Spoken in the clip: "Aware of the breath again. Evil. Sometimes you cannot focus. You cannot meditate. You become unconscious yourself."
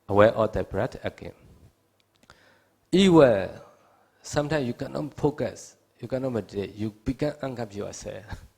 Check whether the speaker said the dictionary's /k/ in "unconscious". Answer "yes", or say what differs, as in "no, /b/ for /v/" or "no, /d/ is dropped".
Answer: no, /k/ is dropped